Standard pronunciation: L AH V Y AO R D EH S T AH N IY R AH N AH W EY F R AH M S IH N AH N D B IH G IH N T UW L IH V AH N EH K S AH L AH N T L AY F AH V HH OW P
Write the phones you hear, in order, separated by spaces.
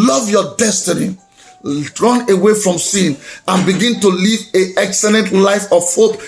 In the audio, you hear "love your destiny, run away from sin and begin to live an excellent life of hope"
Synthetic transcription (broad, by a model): L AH V Y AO D EH S T AH N IY R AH N AH W EY F R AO M S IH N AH N B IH G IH N T UW L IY V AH EH K S AH L AH N T L AY F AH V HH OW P